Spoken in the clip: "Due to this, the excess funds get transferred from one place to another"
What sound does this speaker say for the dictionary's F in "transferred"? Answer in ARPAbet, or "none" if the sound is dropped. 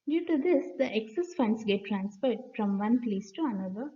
P